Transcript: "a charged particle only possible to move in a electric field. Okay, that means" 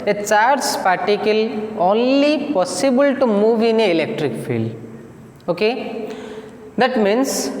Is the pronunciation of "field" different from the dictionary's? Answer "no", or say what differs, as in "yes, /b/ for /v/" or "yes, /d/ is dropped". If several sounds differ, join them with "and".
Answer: yes, /d/ is dropped